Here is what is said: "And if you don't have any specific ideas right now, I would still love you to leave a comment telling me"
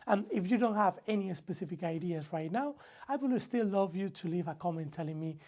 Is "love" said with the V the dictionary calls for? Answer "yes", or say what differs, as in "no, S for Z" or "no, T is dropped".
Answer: yes